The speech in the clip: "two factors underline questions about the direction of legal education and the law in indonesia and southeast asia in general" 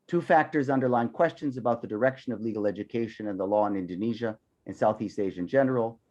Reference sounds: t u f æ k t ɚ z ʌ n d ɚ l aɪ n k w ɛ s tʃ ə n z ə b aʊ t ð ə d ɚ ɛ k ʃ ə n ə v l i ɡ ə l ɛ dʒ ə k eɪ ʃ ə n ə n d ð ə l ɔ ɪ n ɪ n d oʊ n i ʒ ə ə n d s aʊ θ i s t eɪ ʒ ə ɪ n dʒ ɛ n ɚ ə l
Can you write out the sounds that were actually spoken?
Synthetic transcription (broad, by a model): t u f æ k t ɚ z ʌ n d ɚ l aɪ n k w ɛ s tʃ ə n z ə b aʊ t ð ə d ɚ ɛ k ʃ ə n ə v l i ɡ l ɛ dʒ ə k eɪ ʃ ə n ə n ð ə l ɔ ɪ n ɪ n d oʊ n i ʒ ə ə n s aʊ θ i s t eɪ ʒ ɪ n dʒ ɛ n ɚ l